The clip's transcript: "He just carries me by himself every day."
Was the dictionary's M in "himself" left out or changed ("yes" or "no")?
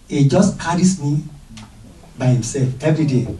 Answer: no